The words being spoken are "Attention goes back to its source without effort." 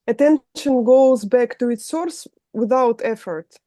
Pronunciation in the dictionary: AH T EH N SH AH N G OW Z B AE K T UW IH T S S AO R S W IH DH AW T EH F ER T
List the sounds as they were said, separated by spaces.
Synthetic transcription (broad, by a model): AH T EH N SH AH N G OW Z B AE K T UW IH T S S AO R S W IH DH AW T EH F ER T